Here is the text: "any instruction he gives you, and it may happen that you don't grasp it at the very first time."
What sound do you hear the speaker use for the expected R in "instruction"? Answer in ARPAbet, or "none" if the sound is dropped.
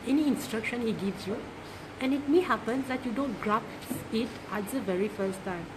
R